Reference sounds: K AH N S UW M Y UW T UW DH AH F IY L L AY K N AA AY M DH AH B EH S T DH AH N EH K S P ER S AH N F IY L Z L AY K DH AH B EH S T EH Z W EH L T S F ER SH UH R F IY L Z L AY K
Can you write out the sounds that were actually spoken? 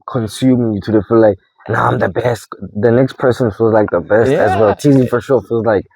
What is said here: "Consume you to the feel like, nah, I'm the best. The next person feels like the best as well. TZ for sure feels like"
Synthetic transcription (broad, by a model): K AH N S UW M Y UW T UW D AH F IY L L AY K N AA AY M DH AH B EH S T DH AH N EH K S P ER S AH N F IY L Z L AY K DH AH B EH S T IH Z W EH L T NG F ER SH UH R F IY L Z L AY K